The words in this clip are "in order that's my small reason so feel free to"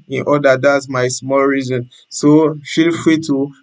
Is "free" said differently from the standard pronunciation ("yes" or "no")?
yes